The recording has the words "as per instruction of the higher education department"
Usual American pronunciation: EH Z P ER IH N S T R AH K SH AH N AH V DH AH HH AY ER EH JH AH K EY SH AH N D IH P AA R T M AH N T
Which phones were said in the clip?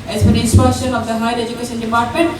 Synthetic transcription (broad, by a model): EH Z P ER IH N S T AH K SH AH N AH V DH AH HH AY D EH JH AH K EY SH AH N D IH P AA R T M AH N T